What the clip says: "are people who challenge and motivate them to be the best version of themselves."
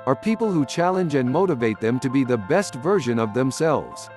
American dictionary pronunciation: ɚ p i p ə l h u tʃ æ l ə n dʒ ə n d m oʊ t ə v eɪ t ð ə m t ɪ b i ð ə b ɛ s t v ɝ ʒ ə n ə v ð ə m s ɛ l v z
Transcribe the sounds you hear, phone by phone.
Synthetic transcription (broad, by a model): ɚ p i p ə l h u tʃ æ l ə n dʒ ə n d m oʊ t ə v eɪ t ð ə m t ɪ b i ð ə b ɛ s t v ɝ ʒ ə n ə v ð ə m s ɛ l v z